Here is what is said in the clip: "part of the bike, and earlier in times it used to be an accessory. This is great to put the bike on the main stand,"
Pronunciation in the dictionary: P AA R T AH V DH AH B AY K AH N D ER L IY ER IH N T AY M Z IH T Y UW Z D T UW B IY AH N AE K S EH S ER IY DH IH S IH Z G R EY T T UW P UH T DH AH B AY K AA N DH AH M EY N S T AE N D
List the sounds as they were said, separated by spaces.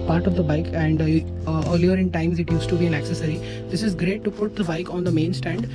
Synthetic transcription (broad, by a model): P AA R T AH V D AH B AY K AH N D ER L IY ER IH N T AY M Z IH T Y UW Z T UW B IY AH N AE K S EH S ER IY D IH S IH Z G R EY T T UW P UH T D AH B AY K AA N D AH M EY N S T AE N D